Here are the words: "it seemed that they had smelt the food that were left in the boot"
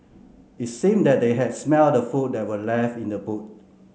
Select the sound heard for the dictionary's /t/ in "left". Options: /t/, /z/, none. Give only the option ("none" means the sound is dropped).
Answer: none